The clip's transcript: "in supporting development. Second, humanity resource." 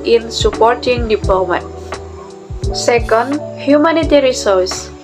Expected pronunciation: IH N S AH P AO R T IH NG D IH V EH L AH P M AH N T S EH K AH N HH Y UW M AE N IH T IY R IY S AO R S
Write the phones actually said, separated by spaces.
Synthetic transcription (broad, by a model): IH N S AH P AO R T IH NG D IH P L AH M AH T S EH K AH N HH Y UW M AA N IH T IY R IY S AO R S